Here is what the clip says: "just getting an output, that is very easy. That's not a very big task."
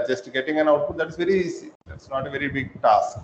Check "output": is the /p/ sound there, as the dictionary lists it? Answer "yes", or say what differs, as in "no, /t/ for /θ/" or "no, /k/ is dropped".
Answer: no, /p/ is dropped